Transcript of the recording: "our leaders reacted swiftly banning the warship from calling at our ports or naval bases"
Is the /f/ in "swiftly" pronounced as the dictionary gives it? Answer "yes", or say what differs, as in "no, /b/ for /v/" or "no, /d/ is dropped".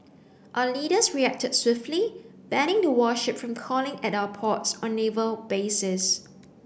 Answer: yes